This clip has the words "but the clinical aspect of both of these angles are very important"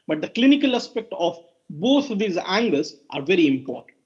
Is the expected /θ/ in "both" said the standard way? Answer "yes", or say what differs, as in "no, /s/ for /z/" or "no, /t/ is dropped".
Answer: no, /t/ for /θ/